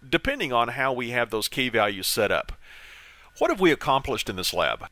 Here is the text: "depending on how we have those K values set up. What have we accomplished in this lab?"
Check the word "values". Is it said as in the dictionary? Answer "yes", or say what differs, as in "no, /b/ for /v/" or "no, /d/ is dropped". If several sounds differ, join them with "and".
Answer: yes